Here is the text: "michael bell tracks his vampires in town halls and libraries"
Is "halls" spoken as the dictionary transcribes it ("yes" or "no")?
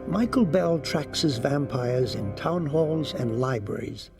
yes